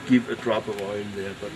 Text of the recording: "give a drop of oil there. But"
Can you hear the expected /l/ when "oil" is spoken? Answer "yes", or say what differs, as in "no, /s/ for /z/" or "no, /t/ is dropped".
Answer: no, /n/ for /l/